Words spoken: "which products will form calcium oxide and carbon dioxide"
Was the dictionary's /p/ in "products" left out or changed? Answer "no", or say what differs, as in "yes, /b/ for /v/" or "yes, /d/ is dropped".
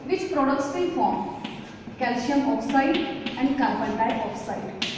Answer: no